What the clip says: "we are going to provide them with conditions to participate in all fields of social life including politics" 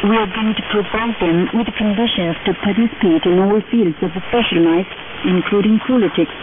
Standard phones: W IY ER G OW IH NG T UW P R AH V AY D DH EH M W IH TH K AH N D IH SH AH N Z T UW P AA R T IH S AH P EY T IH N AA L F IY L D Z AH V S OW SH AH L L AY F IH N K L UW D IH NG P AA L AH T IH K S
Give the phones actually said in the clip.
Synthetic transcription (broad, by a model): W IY ER G OW IH NG T UW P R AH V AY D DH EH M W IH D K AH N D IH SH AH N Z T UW P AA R T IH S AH P EY T IH N AA L F IY L D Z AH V S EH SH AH L N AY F IH N K L UW D IH NG P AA L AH T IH K S